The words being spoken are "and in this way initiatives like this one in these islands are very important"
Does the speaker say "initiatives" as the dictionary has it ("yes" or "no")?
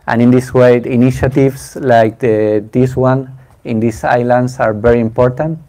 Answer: no